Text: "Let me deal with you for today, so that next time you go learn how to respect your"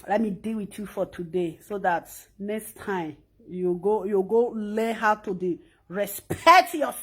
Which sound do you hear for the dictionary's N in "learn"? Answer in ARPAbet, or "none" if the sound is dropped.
L